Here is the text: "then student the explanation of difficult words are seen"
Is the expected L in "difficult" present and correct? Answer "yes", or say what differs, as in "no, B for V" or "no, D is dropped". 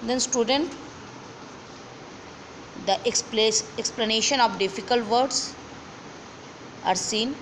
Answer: yes